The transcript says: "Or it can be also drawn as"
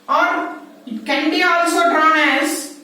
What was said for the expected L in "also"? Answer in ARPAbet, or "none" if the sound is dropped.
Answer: L